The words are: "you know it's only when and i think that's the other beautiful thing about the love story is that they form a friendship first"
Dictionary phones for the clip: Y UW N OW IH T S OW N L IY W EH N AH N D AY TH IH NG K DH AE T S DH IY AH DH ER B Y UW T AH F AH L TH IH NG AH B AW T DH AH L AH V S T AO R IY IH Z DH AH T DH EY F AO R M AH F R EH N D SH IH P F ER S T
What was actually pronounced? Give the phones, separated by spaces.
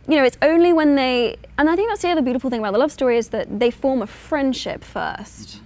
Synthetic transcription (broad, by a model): Y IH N OW IH T S OW N L IY W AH N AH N AY TH IH NG K DH AE T S DH IY AH DH ER B Y UW T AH F L TH IH NG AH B AW T DH AH L AH V S T AO R IY IH Z DH AH T DH EY F AO R M AH F R EH N D SH IH P F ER S T